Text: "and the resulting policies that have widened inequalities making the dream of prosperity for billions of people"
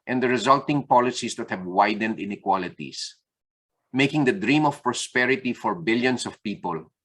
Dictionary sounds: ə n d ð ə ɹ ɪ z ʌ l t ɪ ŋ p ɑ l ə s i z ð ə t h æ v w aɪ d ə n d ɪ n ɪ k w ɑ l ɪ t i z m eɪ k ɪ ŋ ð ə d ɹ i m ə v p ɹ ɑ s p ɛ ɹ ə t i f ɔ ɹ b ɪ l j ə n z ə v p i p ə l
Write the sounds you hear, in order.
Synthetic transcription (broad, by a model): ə n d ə ɹ ɪ z ʌ l t ɪ ŋ p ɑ l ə s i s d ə t h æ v w aɪ d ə n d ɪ n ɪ k w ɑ l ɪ t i s m eɪ k ɪ ŋ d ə d ɹ i m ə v p ɹ ɑ s p ɛ ɹ ə t i f ɔ ɹ b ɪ l j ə n s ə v p i p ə l